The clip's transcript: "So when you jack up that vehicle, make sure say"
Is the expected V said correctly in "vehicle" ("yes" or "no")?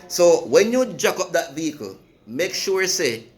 yes